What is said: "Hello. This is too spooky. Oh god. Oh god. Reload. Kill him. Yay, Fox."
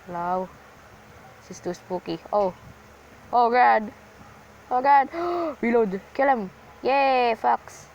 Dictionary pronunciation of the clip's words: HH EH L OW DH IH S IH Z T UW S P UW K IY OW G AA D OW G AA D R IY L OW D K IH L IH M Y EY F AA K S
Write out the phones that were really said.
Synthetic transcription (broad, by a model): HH L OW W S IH S T UW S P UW K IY OW G AA D OW G AA D W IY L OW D K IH L IH M Y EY F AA K S